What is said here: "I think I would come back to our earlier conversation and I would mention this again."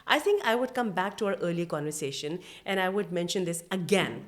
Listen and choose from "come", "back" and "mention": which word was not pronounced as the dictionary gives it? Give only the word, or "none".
none